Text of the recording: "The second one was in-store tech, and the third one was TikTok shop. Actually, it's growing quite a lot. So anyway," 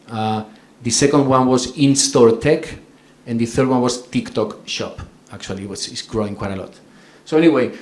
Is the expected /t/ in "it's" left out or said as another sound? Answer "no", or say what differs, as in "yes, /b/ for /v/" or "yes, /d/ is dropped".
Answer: yes, /s/ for /t/